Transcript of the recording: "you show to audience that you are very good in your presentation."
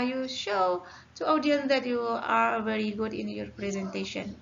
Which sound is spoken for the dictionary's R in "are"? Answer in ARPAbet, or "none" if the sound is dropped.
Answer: R